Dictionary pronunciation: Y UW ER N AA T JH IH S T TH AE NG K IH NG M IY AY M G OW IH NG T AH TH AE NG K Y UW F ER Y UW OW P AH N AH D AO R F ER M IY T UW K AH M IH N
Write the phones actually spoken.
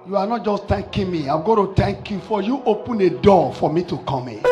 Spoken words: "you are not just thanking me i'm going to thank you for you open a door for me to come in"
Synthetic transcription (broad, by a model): Y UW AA N AA T JH IH S T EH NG K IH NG M IY AY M G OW T AH T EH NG K Y UW F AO Y UW OW P AH N AH D AO F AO M IY T UW K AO M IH